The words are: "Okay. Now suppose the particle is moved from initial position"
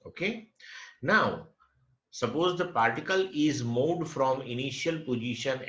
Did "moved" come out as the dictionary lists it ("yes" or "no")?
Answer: no